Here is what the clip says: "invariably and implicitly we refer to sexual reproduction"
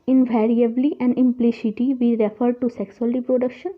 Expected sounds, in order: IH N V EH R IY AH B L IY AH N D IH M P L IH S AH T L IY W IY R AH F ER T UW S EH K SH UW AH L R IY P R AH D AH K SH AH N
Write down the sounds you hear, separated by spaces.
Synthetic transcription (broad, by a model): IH N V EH R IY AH B L IY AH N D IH M P L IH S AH T IY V IY R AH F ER T UW S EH K S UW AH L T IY P R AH D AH K SH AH N